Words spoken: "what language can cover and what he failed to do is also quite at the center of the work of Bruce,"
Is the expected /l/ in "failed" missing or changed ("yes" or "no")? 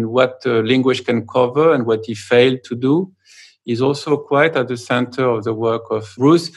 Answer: no